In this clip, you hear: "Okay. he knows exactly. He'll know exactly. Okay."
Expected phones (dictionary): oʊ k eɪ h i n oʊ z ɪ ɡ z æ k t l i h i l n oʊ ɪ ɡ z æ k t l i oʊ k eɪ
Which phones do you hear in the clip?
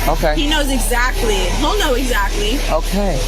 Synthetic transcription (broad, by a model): oʊ k eɪ h i n oʊ z ɪ ɡ z æ k t l i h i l n oʊ ɪ ɡ z æ k t l i oʊ k eɪ